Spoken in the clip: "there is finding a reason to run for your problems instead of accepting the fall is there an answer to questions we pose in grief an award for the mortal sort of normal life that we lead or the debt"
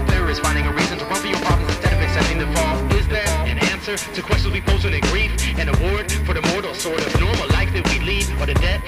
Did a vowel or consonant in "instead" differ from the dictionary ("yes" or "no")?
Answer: no